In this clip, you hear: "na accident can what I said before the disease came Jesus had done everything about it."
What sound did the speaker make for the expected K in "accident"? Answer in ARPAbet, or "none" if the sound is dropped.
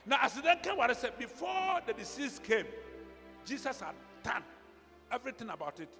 none